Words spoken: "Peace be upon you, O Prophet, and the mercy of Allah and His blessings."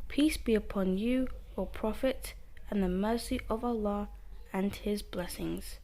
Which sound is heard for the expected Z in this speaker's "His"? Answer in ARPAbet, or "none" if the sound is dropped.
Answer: Z